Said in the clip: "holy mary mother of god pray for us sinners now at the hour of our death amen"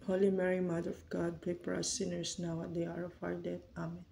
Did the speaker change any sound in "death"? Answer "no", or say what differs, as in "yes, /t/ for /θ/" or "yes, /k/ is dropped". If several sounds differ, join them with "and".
yes, /t/ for /θ/